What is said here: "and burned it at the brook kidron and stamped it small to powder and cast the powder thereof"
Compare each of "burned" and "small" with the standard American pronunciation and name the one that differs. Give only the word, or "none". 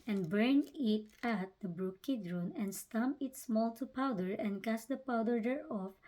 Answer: burned